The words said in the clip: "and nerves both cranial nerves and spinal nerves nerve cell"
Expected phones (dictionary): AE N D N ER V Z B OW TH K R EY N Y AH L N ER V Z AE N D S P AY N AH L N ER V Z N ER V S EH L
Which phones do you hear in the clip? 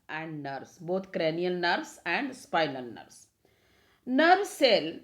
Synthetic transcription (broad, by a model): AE N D N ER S B OW T K R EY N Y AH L N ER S AE N D S P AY L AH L N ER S N ER V S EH L